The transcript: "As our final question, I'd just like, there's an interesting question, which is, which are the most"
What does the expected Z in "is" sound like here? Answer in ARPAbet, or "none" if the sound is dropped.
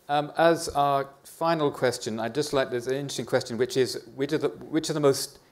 Z